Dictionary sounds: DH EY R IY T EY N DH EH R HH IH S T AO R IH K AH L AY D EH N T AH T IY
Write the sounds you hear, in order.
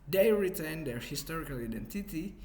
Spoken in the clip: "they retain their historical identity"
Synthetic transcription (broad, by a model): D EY R IY T EY N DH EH R HH IH S T AO R IH K AH L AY D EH N T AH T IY